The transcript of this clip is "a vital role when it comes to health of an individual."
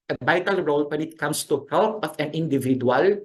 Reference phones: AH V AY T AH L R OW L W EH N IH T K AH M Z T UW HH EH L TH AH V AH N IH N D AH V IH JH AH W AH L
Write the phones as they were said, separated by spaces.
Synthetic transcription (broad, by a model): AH B AY T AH L R OW L W EH N IH T K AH M S T UW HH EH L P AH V AH N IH N D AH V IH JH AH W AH L